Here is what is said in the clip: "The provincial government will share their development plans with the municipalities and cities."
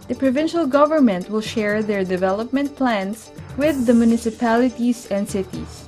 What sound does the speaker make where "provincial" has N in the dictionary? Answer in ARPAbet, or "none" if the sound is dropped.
N